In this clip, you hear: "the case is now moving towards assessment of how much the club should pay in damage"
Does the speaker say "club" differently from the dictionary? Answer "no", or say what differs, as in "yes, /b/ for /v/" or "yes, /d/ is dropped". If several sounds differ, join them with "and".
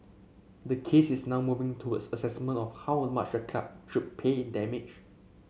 yes, /l/ is dropped